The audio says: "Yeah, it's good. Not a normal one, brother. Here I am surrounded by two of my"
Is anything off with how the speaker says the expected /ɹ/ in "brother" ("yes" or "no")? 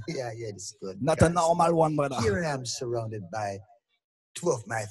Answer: yes